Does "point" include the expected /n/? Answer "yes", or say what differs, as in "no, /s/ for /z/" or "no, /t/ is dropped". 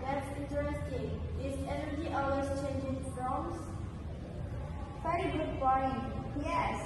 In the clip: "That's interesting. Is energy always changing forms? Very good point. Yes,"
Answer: no, /n/ is dropped